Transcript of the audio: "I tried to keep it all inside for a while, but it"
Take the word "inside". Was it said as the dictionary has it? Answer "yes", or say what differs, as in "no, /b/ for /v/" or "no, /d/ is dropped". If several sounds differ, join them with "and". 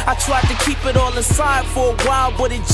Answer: no, /n/ is dropped